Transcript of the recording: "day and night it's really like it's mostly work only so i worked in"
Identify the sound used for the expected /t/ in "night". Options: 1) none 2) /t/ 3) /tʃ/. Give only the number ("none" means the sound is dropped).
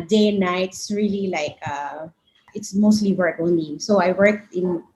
1